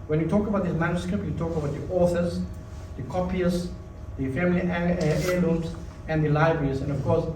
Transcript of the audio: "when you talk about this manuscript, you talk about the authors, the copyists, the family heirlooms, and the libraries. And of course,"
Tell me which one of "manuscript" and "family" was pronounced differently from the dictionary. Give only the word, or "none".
none